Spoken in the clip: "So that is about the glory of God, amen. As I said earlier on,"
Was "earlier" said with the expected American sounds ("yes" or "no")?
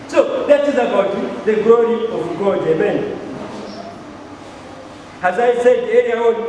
no